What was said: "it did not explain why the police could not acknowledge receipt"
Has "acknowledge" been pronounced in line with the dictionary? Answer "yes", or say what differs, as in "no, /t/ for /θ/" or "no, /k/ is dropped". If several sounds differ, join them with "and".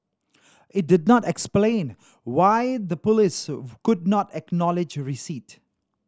yes